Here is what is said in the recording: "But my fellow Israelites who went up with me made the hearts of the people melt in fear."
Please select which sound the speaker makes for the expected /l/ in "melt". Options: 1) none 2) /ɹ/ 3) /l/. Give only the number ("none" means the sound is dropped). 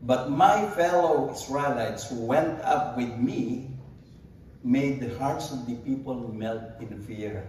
3